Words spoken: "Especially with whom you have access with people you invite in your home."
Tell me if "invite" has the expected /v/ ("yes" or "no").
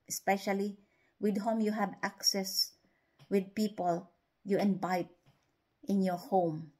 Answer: no